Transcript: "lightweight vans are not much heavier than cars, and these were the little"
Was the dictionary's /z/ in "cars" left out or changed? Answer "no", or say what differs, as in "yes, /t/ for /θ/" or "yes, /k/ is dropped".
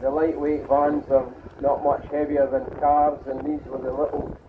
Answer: no